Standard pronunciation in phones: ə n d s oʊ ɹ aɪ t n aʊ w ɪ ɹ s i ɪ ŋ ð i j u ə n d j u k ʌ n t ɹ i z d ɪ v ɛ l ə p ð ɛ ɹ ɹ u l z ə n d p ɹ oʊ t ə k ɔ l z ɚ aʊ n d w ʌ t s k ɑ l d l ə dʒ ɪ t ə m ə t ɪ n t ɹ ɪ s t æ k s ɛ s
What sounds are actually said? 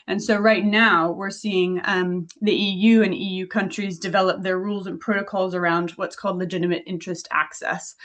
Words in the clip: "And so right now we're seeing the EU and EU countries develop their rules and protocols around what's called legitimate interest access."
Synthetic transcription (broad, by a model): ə n s oʊ ɹ aɪ t n aʊ w ɪ ɹ s i ɪ ŋ ð i j u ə n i j u k ʌ n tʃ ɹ i z d ɪ v ɛ l ə p ð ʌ ɹ ɹ u l z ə n p ɹ oʊ t ə k ɔ l z ɚ aʊ n d w ʌ t s k ɑ l d l ə dʒ ɪ t ə m ə t ɪ n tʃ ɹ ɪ s t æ k s ɛ s